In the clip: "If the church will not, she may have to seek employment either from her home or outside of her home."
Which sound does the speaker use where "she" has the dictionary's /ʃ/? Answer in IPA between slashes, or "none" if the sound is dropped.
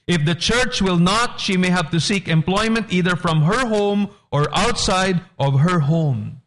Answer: /ʃ/